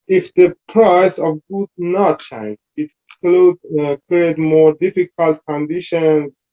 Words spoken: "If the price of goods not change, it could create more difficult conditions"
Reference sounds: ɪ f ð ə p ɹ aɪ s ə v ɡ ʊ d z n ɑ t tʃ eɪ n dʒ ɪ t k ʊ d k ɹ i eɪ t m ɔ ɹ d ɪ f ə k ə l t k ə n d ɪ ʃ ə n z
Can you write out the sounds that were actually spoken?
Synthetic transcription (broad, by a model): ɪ f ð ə p ɹ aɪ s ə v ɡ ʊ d n ɑ t tʃ eɪ n dʒ ɪ t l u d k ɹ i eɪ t m ɔ ɹ d ɪ f ə k ə l t k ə n d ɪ ʃ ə n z